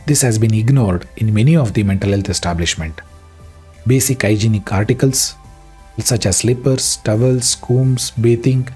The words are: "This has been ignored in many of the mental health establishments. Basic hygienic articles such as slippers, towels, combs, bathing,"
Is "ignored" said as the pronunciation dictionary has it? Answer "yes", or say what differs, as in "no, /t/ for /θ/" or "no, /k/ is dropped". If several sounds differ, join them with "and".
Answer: yes